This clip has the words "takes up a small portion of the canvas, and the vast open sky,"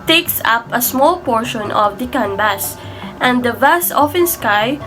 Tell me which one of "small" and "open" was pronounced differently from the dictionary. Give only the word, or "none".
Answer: open